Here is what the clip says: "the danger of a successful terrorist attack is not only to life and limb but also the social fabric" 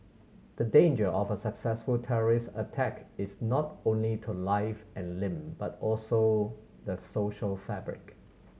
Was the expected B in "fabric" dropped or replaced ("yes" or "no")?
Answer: no